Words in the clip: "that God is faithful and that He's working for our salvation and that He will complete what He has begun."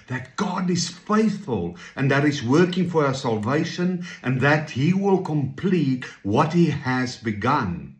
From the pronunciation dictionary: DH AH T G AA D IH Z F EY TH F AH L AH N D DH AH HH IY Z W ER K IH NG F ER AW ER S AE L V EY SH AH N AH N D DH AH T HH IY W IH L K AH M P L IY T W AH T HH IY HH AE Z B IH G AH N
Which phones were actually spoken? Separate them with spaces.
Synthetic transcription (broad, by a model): DH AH T G AA D IH Z F EY TH F AH L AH N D DH AH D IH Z W ER K IH NG F ER AW ER S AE L V EY SH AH N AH N DH AH T HH IY W IH L K AH M P L IY T W AH T HH IY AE Z B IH G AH N